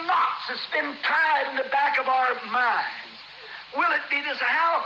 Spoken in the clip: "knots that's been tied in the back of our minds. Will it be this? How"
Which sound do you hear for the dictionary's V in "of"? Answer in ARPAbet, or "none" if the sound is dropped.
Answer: V